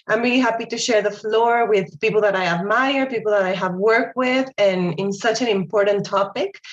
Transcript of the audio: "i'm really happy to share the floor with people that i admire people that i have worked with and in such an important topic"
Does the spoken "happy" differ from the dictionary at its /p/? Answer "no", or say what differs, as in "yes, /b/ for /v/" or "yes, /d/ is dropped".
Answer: no